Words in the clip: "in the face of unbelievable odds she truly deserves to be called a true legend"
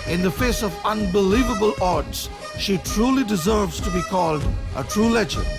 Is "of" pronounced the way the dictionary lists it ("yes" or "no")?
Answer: yes